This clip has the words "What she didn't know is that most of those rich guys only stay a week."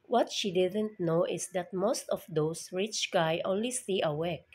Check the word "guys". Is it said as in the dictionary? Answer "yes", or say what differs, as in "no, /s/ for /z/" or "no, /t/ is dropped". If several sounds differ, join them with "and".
no, /z/ is dropped